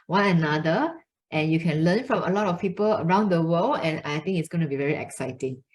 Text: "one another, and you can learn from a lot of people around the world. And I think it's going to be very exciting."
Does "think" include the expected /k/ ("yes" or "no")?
no